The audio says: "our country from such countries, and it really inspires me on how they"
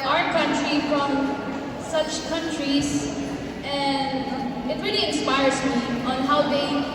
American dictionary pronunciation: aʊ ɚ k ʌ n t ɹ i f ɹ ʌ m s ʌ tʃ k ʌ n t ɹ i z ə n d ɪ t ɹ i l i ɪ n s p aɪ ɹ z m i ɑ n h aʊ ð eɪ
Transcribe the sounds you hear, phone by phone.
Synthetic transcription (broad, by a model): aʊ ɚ k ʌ n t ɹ i f ɹ ʌ m s ʌ tʃ k ʌ n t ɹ i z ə n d ɪ t ɹ i l i ɪ n s p aɪ ɹ z m i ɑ n h aʊ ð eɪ